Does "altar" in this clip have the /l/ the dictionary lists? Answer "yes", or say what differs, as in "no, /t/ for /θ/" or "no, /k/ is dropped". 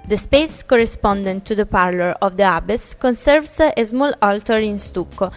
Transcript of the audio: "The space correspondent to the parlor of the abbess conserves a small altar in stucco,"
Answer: yes